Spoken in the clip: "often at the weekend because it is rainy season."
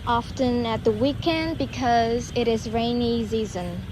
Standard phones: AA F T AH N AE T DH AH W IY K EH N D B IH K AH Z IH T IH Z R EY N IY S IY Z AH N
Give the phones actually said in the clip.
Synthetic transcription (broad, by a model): AA F T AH N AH T DH AH W IY K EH N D B IH K AH Z IH T IH Z R EY N IY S IY Z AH N